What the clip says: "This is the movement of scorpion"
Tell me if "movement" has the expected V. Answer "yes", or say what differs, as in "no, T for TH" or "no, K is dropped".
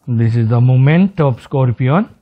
no, V is dropped